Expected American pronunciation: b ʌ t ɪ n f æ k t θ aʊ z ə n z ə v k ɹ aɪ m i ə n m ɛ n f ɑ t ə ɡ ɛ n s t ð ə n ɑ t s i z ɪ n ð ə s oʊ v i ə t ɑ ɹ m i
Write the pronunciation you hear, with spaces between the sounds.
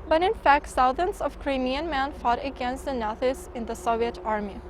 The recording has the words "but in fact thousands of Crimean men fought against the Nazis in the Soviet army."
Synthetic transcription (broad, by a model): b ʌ t ɪ n f æ k t s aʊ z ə n s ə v k ɹ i m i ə n m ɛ n f ɑ t ə ɡ ɛ n s t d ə n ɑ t i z ɪ n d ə s oʊ v i ə t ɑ ɹ m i